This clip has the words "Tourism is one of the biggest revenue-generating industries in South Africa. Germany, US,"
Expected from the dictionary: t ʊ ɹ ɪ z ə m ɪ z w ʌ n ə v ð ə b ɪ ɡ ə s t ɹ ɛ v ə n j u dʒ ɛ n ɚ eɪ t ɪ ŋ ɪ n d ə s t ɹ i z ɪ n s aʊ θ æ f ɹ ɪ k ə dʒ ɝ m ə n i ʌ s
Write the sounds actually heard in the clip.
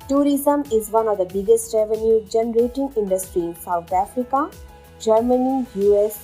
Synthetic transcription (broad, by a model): t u ɹ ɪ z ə m ɪ z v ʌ n ə v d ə b ɪ ɡ ə s t ɹ ɛ v ə n j u dʒ ɛ n ɚ eɪ t ɪ ŋ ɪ n d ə s t ɹ i ɪ n s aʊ t æ f ɹ ɪ k ə dʒ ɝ m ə n i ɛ s